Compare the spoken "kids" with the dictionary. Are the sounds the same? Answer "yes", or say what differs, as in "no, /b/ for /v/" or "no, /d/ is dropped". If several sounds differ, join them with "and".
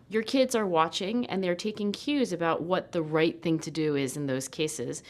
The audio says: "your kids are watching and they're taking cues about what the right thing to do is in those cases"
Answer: yes